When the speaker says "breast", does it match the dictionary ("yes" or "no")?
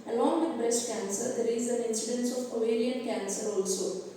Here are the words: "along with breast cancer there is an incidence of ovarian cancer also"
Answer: yes